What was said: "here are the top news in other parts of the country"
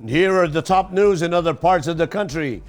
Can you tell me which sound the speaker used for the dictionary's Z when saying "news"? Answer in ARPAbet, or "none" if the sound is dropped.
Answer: Z